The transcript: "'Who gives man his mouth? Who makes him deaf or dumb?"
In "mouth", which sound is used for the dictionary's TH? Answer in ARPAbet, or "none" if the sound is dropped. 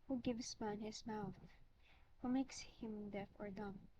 TH